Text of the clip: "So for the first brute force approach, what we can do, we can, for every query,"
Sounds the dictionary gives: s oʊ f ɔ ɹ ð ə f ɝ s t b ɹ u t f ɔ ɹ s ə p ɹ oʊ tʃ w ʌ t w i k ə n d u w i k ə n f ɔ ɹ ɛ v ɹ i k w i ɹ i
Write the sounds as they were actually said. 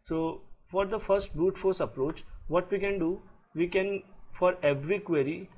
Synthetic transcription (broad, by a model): s oʊ f ɔ ɹ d ə f ɝ s t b u t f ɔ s ə p ɹ oʊ tʃ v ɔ t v i k ə n d u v i k ə n f ɔ ɹ ɛ v ɹ i k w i ɹ i